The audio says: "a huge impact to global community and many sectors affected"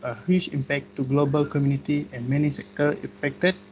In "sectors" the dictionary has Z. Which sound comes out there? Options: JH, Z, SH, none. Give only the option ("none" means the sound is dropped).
none